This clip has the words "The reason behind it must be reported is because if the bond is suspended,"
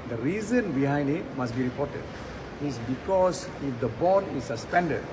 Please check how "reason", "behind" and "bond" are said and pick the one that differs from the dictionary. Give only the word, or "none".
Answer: bond